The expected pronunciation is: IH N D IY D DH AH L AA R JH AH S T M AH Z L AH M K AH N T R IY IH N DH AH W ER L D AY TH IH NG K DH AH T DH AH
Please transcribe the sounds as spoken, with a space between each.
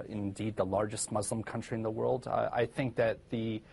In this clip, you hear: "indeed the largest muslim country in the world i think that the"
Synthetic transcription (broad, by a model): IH N D IY D DH AH L AA R JH AH S T M AH Z L AH M K AH N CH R IY IH N DH AH W ER L D AY TH IH NG K DH AH T DH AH